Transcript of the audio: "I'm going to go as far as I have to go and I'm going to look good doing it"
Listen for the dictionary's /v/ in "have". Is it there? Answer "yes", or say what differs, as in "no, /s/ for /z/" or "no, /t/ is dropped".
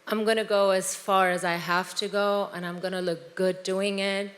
no, /f/ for /v/